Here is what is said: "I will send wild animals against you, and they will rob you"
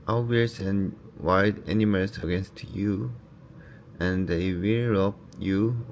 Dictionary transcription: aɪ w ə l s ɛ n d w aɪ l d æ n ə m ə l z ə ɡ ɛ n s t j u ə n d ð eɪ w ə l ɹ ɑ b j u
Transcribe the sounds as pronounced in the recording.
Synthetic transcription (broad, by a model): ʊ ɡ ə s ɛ n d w aɪ d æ n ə m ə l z ə ɡ ɛ n s t j u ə n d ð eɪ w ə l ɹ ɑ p j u